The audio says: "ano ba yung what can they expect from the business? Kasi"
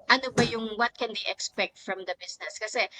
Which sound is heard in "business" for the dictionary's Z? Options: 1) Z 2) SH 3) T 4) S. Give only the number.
4